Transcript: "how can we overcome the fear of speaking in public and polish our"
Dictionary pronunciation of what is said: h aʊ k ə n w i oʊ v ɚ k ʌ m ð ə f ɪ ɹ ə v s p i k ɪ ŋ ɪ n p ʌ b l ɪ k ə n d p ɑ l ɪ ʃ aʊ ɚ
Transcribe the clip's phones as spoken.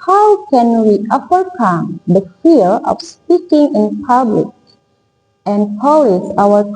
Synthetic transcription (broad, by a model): h aʊ k ə n w i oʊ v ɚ k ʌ m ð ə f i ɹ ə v s p i k ɪ ŋ ɪ n p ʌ b l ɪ k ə n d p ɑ l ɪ s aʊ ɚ